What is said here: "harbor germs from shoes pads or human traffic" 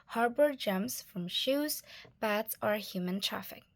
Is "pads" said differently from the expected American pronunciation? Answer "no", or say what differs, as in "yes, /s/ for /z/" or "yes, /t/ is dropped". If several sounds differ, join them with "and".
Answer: yes, /b/ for /p/